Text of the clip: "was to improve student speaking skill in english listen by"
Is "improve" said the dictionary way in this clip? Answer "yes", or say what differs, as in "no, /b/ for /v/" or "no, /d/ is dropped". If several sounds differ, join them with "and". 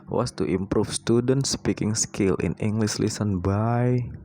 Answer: no, /f/ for /v/